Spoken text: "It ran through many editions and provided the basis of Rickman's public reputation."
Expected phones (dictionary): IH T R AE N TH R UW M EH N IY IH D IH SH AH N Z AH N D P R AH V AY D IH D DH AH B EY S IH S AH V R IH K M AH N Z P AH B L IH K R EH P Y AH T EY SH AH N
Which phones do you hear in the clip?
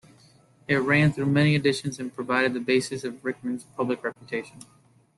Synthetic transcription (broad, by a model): IH T R AE N TH R UW M EH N IY IH D IH SH AH N Z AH N P R AH V AY D IH D DH AH B EY S IH S AH V R IH K M AH N Z P AH B L IH K R EH P Y AH T EY SH AH N